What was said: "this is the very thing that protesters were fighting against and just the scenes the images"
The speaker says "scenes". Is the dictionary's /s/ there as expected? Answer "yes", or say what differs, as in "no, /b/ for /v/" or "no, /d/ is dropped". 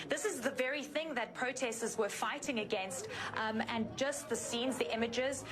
yes